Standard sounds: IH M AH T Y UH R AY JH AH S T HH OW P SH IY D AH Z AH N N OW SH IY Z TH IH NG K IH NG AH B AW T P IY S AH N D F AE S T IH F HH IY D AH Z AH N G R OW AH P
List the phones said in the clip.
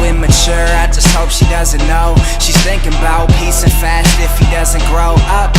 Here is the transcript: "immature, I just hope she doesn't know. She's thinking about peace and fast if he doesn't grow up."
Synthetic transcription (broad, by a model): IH M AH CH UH R AY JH AH S T HH OW P SH IY D AH Z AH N N OW SH IY Z TH IH NG K IH NG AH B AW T P IY S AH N F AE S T IH F HH IY D AH Z AH N G R OW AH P